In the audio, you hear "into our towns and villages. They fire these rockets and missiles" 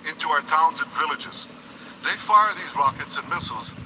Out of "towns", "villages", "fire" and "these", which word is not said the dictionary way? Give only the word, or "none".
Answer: none